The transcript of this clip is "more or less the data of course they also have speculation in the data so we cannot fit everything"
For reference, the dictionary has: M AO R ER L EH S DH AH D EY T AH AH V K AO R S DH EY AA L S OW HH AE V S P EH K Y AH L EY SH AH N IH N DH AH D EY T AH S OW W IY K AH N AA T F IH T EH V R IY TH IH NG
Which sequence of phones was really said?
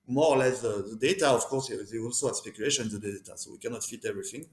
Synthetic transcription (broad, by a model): M AO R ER L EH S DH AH D EY T AH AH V K AO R S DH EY AA L S OW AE S P EH K Y AH L EY SH AH N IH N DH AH D EY T AH S OW W IY K AH N AA T F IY T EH V R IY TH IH NG